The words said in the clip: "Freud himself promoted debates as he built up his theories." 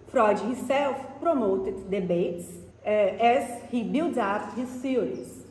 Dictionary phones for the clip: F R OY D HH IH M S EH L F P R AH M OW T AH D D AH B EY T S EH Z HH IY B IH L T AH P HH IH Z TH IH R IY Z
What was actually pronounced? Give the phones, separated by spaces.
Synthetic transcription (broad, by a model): F R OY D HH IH S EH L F P R AH M OW T AH D D AH B EY T S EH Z HH IY B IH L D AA F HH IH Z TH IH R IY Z